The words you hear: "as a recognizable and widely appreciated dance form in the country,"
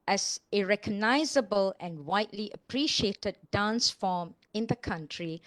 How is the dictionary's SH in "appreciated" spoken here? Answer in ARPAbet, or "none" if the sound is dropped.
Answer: SH